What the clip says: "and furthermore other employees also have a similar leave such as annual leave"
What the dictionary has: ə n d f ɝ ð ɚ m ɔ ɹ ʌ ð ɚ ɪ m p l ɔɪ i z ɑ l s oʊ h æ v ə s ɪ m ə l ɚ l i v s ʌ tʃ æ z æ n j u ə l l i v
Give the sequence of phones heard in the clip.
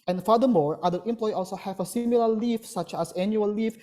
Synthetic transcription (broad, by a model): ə n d f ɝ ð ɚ m ɔ ɹ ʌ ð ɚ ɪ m p l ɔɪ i ɑ l s oʊ h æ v ə s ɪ m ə l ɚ l i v s ʌ tʃ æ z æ n j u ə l l i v